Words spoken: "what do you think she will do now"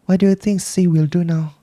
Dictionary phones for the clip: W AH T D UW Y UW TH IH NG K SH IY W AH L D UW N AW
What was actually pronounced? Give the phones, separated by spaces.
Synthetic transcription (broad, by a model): W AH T D UW Y UW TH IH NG K S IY W AH L D UW N AW